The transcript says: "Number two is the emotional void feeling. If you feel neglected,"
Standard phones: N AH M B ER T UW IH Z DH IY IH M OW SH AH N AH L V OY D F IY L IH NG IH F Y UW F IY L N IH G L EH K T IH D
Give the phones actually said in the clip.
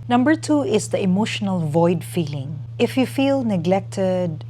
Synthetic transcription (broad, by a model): N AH M B ER T UW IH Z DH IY IH M OW SH AH N AH L V OY D F IY L IH NG IH F Y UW F IY L N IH G L EH K T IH D